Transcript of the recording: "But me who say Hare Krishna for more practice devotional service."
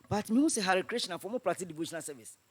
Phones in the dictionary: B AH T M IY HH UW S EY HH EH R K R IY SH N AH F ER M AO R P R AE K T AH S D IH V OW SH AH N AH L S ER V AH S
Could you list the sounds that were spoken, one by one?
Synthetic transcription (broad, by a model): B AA T M IY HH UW S EY HH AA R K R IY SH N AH F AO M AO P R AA T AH D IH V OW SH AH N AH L S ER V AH S